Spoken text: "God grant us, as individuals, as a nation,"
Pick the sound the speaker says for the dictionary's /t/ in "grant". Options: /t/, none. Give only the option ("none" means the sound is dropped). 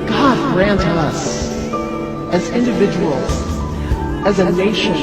/t/